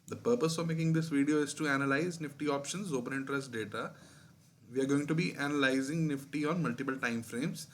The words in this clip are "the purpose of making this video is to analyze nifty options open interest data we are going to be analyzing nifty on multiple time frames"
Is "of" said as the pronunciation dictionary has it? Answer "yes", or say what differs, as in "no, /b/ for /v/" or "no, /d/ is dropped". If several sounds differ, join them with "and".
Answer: yes